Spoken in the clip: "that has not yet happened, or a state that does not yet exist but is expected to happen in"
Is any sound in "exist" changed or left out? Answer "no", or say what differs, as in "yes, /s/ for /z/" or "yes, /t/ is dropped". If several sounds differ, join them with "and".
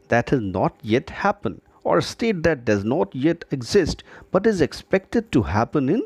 no